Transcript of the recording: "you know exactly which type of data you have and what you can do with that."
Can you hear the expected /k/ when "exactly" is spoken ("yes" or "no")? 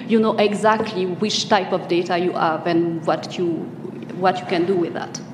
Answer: yes